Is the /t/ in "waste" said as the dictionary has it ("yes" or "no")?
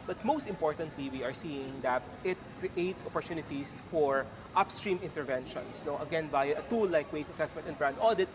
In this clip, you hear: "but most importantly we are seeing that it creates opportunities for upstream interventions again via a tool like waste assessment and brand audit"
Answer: no